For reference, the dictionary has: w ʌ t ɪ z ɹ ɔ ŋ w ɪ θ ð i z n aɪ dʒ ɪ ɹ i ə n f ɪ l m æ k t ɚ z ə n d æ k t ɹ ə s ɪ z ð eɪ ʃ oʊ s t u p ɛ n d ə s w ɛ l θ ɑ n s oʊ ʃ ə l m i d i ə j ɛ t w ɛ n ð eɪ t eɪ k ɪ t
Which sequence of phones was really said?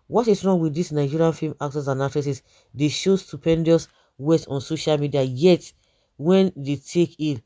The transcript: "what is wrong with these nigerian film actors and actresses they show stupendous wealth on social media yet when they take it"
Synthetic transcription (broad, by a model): w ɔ t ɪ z ɹ ɔ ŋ w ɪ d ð i s n aɪ dʒ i ɹ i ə n f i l m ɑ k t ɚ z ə n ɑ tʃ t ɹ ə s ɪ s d eɪ ʃ oʊ s t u p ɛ n d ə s w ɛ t ɑ n s oʊ ʃ ə l m i d i ə j ɛ t w ɛ n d eɪ t eɪ k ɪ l